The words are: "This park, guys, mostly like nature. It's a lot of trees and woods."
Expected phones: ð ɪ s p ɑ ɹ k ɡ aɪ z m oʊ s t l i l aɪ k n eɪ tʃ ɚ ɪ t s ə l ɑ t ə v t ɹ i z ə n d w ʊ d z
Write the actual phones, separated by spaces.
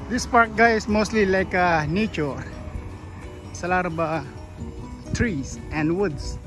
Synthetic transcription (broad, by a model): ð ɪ s p ɑ ɹ k ɡ aɪ s m oʊ s t l i l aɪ k n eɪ tʃ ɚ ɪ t s ə l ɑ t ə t ɹ i s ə n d w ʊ d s